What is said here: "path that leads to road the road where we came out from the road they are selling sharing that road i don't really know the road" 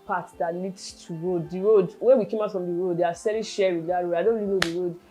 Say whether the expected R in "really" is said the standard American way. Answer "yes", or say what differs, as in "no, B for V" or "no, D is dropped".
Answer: no, L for R